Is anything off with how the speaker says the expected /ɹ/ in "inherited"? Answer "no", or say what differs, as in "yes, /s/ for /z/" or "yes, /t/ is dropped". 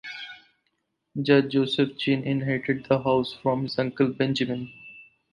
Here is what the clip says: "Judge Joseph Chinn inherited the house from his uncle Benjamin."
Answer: yes, /ɹ/ is dropped